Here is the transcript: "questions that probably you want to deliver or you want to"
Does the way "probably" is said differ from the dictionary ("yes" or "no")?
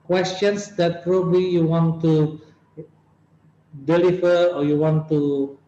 no